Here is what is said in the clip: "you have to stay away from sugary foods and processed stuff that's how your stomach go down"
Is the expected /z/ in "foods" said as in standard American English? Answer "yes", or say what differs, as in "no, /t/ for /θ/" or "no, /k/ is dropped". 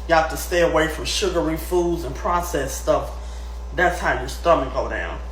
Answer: yes